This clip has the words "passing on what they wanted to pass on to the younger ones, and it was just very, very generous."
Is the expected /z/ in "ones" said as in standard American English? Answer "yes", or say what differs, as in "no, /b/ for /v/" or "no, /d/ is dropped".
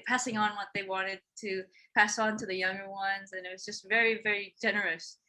yes